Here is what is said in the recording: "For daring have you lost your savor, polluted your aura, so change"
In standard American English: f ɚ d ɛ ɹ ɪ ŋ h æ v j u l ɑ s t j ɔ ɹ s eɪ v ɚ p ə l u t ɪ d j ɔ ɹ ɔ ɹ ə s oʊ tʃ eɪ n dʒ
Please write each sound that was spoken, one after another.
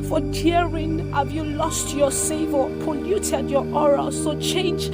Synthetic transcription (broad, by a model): f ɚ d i ɹ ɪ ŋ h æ v j u l ɑ s t j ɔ s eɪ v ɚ p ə l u t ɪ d j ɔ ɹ ɔ ɹ ə s oʊ tʃ eɪ n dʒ